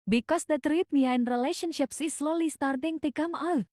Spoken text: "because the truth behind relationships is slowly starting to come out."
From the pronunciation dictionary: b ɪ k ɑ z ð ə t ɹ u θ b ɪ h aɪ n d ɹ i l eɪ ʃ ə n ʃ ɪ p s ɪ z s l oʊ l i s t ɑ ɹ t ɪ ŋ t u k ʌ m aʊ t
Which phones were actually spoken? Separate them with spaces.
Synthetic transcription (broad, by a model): b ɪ k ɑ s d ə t ɹ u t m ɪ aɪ n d ɹ i l eɪ ʃ ə n ʃ ɪ p s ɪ s l oʊ l i s t ɑ ɹ t ɪ ŋ t u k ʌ m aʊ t